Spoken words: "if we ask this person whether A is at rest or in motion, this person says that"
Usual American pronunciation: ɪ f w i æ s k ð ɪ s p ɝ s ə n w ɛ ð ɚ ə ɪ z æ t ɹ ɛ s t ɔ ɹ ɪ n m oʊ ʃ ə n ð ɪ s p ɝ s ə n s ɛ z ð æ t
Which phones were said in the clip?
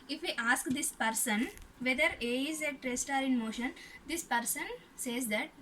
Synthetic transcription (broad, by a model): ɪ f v i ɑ s k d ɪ s p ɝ s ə n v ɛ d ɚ ə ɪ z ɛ t ɹ ɛ s t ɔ ɹ ɪ n m oʊ ʃ ə n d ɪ s p ɝ s ə n s ɛ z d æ t